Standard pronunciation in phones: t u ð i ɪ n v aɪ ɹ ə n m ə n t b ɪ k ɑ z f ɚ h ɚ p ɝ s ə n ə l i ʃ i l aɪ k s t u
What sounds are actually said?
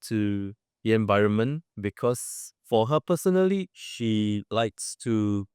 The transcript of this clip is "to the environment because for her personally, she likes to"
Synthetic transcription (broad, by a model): t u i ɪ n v aɪ ɹ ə n m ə n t b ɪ k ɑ s f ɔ h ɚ p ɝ s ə n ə l i ʃ i l aɪ k s t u